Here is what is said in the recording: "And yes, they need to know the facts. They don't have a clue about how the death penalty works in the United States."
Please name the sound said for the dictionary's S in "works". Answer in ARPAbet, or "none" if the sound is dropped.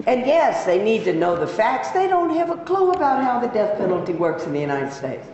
S